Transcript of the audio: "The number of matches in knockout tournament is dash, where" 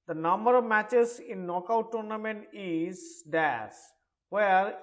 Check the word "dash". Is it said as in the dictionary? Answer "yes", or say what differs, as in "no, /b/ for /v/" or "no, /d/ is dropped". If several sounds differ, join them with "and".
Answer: no, /s/ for /ʃ/